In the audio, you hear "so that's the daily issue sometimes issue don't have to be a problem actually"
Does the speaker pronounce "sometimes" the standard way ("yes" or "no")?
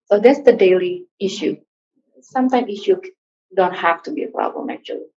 no